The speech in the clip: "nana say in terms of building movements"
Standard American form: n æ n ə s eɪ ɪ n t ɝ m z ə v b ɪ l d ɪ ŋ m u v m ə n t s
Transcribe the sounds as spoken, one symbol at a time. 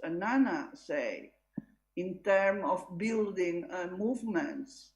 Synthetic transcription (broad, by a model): n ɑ n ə s eɪ ɪ n t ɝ m ə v b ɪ l d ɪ ŋ m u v m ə n t s